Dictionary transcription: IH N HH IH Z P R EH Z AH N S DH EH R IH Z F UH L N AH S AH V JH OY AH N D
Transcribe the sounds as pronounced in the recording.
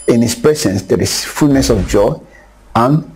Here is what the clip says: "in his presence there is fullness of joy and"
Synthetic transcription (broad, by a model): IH N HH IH S P R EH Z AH N S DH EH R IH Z F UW L N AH S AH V JH OY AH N